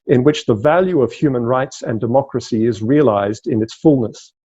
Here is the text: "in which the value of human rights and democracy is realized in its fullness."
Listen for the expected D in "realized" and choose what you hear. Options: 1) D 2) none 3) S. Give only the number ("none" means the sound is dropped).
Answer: 1